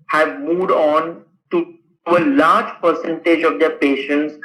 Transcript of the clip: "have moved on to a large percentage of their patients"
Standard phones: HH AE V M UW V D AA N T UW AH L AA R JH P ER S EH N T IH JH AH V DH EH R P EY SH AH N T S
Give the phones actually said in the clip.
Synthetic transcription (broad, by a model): HH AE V M UW V D AA N T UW AH L AA R JH P ER S EH N T IH JH AH V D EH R P EY SH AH N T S